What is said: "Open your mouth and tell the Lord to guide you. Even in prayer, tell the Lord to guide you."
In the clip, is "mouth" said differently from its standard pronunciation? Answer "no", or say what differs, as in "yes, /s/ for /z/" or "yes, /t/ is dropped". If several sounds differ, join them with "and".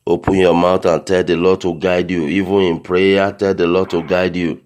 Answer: yes, /t/ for /θ/